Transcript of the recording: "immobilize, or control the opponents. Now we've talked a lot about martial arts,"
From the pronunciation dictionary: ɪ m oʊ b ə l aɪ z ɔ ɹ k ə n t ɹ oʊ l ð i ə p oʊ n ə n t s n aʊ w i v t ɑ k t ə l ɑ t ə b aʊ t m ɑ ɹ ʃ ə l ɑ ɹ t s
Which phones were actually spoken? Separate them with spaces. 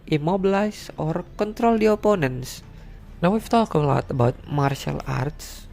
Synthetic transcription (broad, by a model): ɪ m oʊ b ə l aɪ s ɔ ɹ k ə n t ɹ oʊ l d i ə p oʊ n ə n s n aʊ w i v t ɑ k ə l ɑ t ə b aʊ t m ɑ ɹ ʃ ə l ɑ ɹ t s